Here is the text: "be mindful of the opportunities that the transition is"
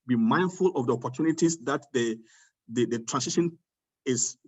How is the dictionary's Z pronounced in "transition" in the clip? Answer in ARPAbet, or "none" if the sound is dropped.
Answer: S